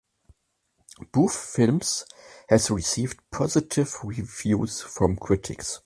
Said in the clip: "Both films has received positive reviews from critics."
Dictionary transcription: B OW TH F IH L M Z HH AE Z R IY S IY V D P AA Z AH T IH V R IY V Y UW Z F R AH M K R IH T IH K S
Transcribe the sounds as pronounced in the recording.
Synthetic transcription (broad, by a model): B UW F F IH L M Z HH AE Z R IY S IY V D P AA Z AH T IH V R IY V Y UW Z F R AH M K R IH T IH K S